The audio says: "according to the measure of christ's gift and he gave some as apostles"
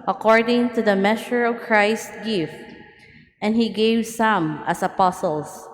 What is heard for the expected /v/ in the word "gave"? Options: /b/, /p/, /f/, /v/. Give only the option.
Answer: /v/